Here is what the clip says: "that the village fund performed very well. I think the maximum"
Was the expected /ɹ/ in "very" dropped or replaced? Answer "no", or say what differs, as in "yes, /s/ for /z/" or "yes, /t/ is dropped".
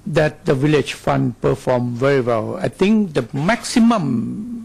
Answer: no